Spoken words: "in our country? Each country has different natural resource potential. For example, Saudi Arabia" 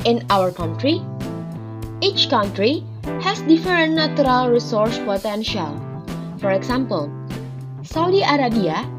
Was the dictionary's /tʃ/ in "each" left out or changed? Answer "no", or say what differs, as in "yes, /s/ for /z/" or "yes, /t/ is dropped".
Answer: no